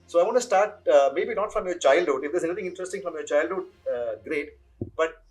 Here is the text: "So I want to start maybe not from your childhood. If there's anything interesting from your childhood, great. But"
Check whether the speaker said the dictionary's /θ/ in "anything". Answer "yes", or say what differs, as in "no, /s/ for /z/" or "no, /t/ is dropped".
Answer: no, /t/ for /θ/